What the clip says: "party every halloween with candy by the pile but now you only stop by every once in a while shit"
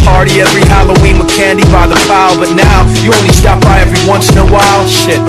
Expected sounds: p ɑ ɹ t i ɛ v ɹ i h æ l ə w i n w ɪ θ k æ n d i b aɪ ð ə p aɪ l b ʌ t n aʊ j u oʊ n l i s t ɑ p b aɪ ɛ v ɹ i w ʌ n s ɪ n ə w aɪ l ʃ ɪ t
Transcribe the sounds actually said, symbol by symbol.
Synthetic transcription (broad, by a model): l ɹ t i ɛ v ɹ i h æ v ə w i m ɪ k æ n d i b aɪ ð ə f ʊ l b ʌ t n aʊ j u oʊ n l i s t ɑ p b aɪ ɛ v ɹ i w ʌ n s ɪ n ə w aɪ l ʃ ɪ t